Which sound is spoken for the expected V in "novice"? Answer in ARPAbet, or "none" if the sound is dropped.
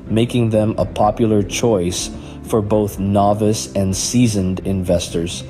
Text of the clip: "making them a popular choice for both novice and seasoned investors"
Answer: V